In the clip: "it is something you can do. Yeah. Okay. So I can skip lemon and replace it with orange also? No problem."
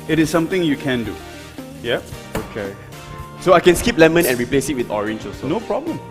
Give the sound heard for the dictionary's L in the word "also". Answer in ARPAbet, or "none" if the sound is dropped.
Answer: none